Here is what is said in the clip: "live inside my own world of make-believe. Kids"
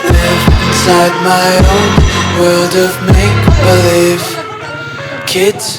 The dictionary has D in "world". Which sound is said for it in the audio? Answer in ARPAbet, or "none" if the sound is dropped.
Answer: D